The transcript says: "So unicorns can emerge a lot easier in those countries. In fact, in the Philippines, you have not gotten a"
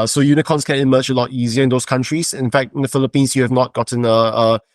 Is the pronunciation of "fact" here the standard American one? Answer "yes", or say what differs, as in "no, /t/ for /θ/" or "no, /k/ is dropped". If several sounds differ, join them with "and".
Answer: yes